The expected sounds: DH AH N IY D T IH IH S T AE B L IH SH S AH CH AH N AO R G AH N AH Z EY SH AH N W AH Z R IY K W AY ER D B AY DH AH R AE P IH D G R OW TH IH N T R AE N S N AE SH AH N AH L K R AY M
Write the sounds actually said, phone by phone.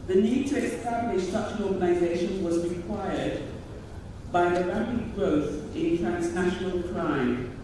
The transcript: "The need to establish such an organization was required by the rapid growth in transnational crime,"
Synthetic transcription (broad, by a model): DH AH N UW D T IH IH S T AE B L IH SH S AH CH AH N AO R G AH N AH Z EY SH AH N W AH Z R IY K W AY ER D B AY DH AH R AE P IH D G R OW TH IH N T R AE N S N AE SH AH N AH L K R AY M